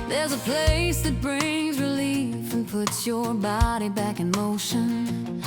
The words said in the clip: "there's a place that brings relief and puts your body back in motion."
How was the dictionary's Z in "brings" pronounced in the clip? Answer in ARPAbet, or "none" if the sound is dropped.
Z